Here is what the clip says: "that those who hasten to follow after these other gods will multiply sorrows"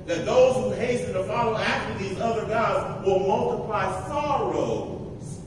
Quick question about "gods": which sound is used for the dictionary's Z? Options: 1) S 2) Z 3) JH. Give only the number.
2